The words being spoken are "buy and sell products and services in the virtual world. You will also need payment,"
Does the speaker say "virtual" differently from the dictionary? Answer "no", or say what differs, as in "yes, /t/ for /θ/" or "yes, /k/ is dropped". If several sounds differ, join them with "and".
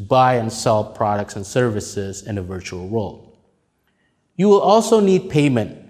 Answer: no